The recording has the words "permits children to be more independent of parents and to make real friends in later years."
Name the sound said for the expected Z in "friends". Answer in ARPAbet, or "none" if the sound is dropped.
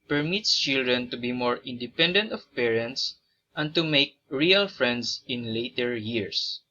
S